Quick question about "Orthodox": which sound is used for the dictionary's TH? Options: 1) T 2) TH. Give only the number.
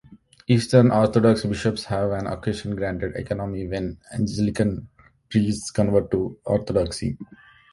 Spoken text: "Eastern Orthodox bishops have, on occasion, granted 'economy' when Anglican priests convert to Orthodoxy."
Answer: 1